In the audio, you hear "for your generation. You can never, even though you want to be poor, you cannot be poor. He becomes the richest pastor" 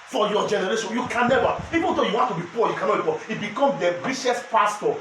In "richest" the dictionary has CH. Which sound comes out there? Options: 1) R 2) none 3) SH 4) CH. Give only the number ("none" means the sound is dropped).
3